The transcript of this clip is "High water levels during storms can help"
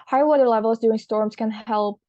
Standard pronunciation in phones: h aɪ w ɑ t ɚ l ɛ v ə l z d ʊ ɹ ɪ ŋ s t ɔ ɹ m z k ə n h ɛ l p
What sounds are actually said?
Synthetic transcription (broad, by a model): h aɪ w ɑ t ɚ l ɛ v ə l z d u ɪ ŋ s t ɔ ɹ m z k ə n h ɛ l p